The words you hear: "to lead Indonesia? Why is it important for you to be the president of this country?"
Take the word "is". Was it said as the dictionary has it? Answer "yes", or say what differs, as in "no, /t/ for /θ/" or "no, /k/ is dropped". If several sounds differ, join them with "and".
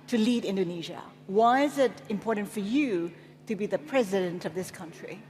yes